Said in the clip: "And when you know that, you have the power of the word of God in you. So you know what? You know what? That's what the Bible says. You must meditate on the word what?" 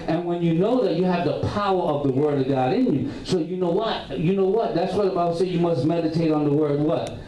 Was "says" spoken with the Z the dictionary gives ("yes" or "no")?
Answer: no